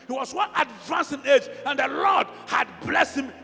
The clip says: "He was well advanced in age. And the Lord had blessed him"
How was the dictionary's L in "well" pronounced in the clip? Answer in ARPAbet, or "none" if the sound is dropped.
N